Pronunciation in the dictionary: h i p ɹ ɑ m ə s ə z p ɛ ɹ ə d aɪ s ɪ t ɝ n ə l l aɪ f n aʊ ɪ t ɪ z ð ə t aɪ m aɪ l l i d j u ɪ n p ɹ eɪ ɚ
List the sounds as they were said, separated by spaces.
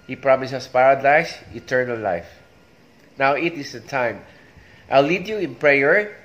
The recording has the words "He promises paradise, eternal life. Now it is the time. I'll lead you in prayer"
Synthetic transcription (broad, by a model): h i p ɹ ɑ m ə s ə s p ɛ ɹ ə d aɪ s ɪ t ɝ n ə l l aɪ f n aʊ ɪ t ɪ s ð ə t aɪ m aɪ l l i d j u ɪ n p ɹ eɪ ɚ